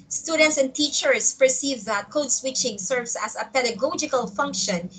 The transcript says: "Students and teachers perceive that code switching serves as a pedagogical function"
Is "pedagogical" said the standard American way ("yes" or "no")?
yes